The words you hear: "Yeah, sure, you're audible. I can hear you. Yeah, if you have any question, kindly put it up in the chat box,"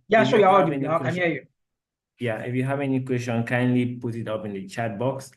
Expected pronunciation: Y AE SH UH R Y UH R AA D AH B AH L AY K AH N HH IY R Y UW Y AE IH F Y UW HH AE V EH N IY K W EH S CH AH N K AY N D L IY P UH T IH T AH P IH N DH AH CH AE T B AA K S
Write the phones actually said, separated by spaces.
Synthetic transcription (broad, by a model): Y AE S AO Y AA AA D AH AH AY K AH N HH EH Y UW Y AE IH F Y UW HH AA V EH N IY K W EH S CH AH N K AY N D L IY P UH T IH T AH P IH N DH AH CH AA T B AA K S